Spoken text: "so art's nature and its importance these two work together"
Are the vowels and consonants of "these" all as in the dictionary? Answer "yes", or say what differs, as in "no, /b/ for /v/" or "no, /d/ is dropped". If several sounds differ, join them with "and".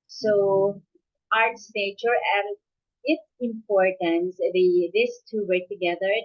no, /s/ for /z/